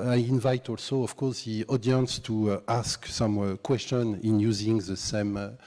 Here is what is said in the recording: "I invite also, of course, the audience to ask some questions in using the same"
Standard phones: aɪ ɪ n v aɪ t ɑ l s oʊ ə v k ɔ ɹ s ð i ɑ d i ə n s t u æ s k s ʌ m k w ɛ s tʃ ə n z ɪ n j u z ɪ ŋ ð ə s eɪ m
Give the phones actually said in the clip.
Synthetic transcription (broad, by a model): aɪ ɪ n v aɪ t ɑ l s oʊ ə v k ɔ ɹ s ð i ɑ d i ə n s t u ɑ s k s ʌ m k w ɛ s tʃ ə n ɪ n j u z ɪ ŋ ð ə s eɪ m